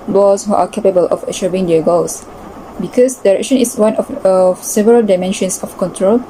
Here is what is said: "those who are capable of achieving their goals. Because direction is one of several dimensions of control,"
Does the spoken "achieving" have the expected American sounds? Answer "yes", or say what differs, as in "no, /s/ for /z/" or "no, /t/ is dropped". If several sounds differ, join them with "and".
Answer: no, /ʃ/ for /tʃ/